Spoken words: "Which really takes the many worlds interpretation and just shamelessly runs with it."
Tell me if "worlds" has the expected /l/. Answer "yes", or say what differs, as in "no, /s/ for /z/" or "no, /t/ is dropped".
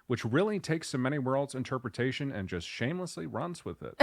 yes